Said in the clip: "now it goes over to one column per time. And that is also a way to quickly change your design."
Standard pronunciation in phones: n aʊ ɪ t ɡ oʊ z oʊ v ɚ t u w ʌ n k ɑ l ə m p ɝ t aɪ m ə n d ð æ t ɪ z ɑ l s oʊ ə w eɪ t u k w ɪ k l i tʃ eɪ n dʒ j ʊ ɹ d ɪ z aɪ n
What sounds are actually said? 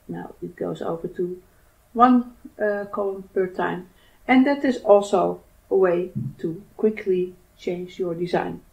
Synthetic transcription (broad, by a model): n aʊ ɪ t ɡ oʊ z oʊ v ɚ t u w ʌ n k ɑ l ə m p ɝ t aɪ m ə n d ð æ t ɪ z ɑ l s oʊ ə w eɪ t u k w ɪ k l i tʃ eɪ n dʒ j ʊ ɹ d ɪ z aɪ n